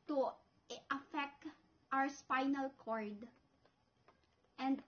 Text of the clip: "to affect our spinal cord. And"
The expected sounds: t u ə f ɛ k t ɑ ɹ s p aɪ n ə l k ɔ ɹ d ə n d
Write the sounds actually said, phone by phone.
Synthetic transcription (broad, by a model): t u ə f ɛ k t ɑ w s p aɪ n ə l k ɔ ɹ d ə n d